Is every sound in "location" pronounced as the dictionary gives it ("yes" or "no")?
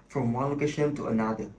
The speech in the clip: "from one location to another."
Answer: yes